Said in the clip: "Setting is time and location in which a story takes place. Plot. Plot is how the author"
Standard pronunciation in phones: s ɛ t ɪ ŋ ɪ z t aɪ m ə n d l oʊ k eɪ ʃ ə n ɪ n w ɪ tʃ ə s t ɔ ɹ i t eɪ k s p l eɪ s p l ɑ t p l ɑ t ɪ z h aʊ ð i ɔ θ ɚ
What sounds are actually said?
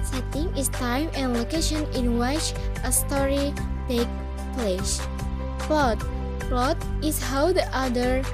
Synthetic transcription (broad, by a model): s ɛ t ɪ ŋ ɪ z t aɪ m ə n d l oʊ k eɪ ʃ ə n ɪ n w ɪ tʃ ə s t ɔ ɹ i t eɪ k p l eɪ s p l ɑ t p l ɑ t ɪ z h aʊ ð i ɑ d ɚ